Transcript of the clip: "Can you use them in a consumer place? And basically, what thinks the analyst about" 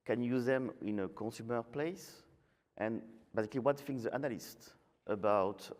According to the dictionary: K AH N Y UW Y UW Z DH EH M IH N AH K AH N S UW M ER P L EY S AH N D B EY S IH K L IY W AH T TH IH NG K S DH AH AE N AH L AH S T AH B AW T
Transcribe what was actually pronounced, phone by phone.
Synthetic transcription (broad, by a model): K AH N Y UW Y UW Z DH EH M IH N AH K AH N S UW M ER P L EY S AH N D B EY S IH K L IY W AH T F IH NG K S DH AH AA N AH L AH S T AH B AW T